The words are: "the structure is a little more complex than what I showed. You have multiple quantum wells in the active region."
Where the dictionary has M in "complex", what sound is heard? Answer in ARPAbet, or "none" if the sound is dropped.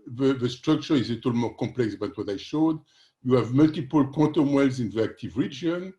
none